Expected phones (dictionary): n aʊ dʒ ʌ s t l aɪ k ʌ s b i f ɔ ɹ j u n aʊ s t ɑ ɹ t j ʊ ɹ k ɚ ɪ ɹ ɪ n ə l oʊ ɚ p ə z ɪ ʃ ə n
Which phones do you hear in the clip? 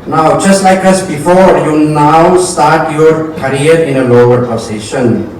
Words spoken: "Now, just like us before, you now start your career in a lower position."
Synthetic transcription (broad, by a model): n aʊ dʒ ʌ s t l aɪ k ʌ s b i f ɔ ɹ j u n aʊ s t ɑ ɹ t j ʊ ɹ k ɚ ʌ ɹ ɪ n ə l oʊ ɚ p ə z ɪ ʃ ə n